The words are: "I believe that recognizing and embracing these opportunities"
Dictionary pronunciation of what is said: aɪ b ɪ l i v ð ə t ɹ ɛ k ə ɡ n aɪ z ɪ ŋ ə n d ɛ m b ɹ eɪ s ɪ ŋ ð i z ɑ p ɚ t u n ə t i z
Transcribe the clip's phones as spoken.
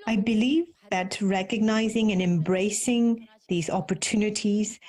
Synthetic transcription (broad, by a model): aɪ b ɪ l i v ð ə t ɹ ɛ k ə ɡ n aɪ z ɪ ŋ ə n ɛ m b ɹ eɪ s ɪ ŋ ð i z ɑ p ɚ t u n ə t i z